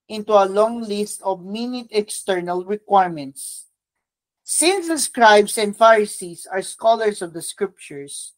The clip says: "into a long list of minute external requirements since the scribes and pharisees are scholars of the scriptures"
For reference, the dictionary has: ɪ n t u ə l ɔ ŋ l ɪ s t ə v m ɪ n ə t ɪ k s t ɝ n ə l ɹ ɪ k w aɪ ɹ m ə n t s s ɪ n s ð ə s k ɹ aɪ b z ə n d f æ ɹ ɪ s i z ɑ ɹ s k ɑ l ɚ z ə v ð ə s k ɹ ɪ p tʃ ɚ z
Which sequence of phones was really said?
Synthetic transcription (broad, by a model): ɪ n t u ə l ɔ ŋ l ɪ s t ə v m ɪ n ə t ɪ k s t ɝ n ə l ɹ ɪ k w aɪ ɹ m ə n t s s ɪ n s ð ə s k ɹ aɪ b s ə n d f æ ɹ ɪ s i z ɑ ɹ s k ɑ l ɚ s ə v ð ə s k ɹ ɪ p tʃ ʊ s